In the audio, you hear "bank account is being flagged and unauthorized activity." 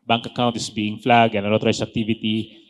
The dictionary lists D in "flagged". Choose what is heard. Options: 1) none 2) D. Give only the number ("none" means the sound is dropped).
1